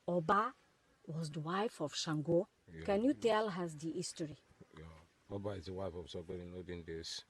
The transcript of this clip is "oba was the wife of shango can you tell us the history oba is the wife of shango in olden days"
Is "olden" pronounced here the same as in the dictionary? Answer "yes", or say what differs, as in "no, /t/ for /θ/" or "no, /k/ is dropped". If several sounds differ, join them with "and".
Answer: no, /l/ is dropped